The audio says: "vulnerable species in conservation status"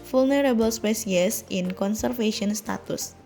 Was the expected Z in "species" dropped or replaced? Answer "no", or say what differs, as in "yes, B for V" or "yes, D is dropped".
yes, S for Z